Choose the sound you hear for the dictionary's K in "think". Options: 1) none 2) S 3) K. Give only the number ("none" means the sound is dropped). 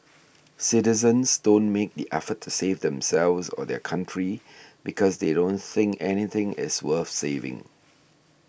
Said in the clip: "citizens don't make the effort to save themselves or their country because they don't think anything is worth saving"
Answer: 3